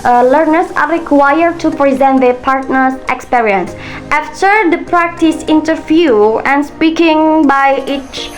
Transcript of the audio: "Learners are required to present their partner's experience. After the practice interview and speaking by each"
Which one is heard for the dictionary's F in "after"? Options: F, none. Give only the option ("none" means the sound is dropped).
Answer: F